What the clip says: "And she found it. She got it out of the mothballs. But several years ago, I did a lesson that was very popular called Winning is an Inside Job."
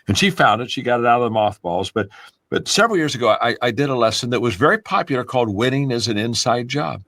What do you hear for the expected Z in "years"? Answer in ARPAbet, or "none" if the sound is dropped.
Z